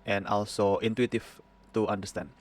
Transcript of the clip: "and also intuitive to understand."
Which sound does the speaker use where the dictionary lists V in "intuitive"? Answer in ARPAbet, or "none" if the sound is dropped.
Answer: F